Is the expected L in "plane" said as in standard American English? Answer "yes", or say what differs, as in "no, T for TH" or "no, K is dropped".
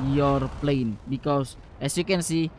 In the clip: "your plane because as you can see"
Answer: yes